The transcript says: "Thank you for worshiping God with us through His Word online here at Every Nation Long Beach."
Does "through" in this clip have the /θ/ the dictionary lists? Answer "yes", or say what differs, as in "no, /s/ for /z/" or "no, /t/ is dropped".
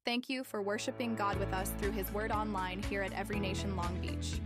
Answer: yes